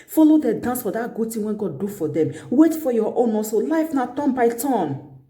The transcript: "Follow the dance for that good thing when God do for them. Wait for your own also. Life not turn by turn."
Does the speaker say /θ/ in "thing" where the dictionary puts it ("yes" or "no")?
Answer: no